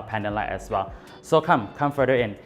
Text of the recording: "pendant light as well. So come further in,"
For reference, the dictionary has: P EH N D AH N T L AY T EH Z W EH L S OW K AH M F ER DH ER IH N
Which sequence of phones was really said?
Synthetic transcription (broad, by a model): P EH N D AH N L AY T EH S W EH L S OW K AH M F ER ER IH N